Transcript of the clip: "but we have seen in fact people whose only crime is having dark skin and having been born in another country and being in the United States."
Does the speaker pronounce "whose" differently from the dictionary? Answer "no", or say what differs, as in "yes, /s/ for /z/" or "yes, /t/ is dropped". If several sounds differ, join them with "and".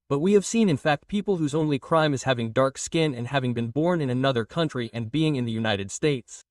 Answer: no